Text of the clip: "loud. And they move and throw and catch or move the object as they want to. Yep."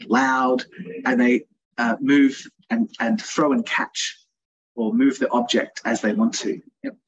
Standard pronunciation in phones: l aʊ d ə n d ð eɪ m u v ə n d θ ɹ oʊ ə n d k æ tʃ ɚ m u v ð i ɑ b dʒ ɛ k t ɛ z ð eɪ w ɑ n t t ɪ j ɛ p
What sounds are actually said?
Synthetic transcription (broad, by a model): l aʊ d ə n ð eɪ m u v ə n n θ ɹ oʊ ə n k æ tʃ ɚ m u v ð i ɑ b dʒ ɛ k t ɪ z ð eɪ w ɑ n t t ɪ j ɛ